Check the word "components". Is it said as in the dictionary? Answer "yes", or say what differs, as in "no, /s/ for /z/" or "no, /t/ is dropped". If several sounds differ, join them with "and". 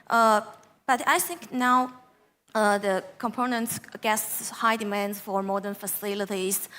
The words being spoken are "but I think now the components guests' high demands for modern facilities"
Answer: yes